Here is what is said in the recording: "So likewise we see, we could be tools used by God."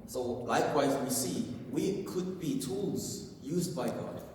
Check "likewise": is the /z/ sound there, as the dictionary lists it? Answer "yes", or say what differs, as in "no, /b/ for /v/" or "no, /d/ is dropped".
yes